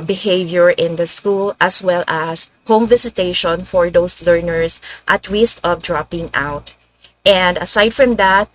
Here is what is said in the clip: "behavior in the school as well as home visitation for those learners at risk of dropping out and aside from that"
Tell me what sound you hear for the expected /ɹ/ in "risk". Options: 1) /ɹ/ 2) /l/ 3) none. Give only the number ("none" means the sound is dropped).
2